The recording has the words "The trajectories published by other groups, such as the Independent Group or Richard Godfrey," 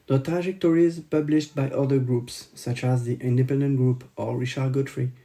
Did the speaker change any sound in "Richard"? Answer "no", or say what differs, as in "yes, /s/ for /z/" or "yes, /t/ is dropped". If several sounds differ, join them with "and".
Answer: yes, /ʃ/ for /tʃ/